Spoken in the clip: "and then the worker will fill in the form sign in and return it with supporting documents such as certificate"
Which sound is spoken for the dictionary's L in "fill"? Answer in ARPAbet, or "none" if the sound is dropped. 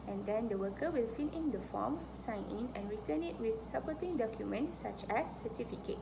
N